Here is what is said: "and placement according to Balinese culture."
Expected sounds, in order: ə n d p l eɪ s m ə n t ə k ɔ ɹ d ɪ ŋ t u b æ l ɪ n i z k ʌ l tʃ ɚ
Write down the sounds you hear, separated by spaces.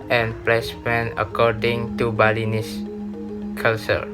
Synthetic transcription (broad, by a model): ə n p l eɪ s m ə n ə k ɔ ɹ d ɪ ŋ t u b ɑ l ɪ n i s k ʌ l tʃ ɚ